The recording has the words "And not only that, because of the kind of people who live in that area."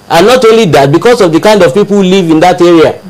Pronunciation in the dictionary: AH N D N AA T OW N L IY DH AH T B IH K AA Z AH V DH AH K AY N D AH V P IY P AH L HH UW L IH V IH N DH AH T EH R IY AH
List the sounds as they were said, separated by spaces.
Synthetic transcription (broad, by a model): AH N N AA T OW N L IY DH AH T B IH K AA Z AH V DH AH K AY N D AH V P IY P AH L HH UW L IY V IH N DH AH T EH R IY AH